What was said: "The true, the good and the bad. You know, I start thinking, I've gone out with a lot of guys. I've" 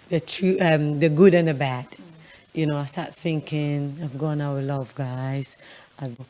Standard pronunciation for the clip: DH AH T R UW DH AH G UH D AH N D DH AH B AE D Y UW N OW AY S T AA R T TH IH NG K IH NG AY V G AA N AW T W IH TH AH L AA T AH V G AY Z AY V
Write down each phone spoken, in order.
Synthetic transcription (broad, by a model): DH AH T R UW DH AH G UH D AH N DH AH B AE D Y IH N OW AY S T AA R T TH IH NG K IH NG AY V G AA N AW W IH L AH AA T AH V G AY Z AY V